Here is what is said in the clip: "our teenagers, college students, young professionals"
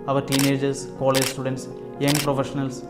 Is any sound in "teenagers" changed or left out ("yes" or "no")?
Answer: yes